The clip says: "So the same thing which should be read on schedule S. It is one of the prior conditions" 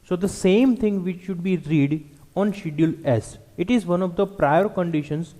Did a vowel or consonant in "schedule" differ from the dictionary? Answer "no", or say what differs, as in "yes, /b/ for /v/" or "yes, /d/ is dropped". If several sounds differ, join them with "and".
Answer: yes, /dʒ/ is dropped